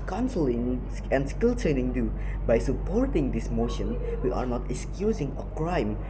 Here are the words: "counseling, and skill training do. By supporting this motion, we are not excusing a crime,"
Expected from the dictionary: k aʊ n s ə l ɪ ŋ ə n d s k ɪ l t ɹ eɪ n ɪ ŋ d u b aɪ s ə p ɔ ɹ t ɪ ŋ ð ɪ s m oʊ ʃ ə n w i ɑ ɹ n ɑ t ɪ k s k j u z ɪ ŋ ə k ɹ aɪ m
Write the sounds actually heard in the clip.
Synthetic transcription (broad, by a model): k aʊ n s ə l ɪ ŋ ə n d s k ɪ l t eɪ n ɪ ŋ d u b aɪ s ə p ɔ ɹ t ɪ ŋ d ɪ s m oʊ ʃ ə n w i ɑ ɹ n ɑ t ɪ k s k j u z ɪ ŋ ə k ɹ aɪ m